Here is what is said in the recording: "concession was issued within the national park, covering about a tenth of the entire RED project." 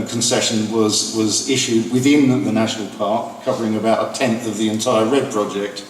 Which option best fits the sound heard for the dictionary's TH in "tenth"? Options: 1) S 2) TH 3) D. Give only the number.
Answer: 2